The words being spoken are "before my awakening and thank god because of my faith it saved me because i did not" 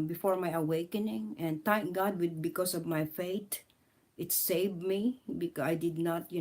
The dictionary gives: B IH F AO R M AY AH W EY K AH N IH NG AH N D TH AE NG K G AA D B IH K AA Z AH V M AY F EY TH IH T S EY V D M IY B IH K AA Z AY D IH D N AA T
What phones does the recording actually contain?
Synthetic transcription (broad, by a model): B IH F AO R M AY AH W EY K AH N IH NG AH N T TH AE NG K G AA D B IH K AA S AH V M AY F EY T IH T S EY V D M IY B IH K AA AY D IH D N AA T